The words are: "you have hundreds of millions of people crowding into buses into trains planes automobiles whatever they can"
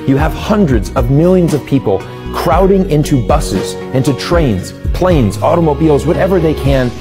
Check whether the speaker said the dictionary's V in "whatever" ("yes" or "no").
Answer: yes